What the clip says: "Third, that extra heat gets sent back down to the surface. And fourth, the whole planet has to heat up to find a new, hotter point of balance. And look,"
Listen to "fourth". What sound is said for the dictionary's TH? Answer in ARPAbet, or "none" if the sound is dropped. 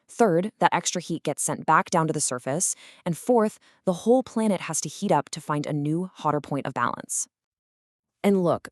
TH